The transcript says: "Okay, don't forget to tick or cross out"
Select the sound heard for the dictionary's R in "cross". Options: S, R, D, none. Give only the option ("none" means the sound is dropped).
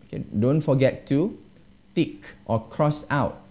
R